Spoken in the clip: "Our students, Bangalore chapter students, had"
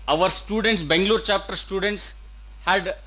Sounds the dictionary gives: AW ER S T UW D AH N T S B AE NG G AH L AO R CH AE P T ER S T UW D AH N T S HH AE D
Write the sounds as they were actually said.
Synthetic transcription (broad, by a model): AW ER S T UW D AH N T S B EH NG G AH L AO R CH AE P T ER S T UW D AH N T S HH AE D